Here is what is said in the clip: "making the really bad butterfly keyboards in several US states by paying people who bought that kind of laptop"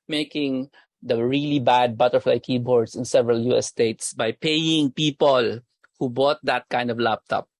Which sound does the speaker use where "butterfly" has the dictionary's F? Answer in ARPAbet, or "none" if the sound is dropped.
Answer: F